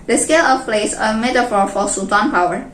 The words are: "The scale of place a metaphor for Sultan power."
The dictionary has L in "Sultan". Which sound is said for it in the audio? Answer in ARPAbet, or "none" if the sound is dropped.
none